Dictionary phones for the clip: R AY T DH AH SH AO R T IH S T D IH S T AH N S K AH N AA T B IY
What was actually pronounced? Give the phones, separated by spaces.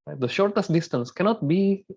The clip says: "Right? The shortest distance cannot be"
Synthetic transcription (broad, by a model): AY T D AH SH AO R T IH S T D IH S T AH N S K AH N AA T B IY